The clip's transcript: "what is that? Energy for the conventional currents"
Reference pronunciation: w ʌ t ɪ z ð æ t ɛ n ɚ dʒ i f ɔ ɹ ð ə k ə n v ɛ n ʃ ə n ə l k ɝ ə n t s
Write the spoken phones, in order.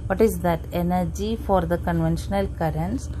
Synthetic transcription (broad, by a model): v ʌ t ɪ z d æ t ɛ n ɚ dʒ i f ɔ ɹ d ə k ə n v ɛ n ʃ ə n ə l k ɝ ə n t s